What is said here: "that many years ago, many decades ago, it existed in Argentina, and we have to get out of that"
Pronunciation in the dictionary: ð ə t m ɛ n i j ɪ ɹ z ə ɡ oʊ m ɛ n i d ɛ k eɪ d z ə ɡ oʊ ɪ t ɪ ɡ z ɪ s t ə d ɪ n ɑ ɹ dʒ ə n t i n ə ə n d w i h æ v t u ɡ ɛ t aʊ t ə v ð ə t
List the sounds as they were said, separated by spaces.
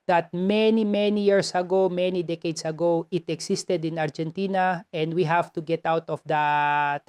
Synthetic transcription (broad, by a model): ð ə t m ɛ n i j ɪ ɹ s ə ɡ oʊ m ɛ n i d ɛ k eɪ d s ə ɡ oʊ ɪ t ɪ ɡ s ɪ s t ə d ɪ n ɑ ɹ dʒ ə n t i n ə ə n d w i h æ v t u ɡ ɛ t aʊ t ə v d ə t